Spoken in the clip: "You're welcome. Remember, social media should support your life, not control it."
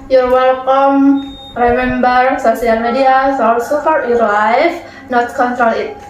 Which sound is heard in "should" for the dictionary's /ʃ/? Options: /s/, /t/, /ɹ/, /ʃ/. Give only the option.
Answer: /s/